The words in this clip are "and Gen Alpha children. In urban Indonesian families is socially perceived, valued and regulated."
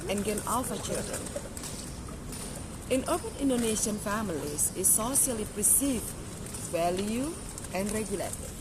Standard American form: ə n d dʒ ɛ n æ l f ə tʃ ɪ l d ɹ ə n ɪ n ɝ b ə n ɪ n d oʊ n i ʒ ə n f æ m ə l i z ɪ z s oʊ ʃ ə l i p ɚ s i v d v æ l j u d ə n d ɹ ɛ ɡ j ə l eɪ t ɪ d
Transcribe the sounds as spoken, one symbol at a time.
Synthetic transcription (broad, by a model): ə n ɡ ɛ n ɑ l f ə tʃ ɪ l d ɹ ə n ɪ n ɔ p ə n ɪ n d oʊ n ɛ ʃ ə n f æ m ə l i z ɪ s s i ə l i p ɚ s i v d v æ l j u ə n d ɹ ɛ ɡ j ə l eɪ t